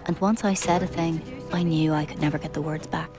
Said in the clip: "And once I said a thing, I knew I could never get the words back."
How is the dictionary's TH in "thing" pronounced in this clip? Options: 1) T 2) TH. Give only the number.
2